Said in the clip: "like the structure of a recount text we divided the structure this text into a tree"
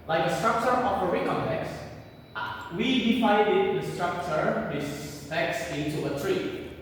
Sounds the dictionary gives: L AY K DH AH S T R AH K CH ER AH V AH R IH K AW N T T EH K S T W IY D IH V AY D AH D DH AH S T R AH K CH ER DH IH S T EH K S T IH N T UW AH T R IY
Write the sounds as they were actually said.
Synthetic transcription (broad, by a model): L AY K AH S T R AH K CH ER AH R AH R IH K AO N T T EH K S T W IY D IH P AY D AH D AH S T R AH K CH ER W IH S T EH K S IH N T UW AH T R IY